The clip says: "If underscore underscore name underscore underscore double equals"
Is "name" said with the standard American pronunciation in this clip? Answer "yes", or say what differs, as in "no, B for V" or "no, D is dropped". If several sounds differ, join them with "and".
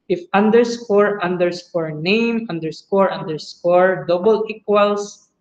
yes